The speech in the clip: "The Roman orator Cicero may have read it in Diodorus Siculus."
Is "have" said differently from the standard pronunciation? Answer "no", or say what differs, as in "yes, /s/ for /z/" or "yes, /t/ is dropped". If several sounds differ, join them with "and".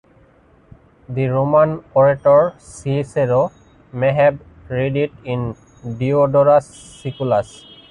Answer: yes, /b/ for /v/